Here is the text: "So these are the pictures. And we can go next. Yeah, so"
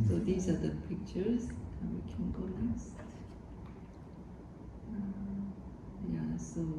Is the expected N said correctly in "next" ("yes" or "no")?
no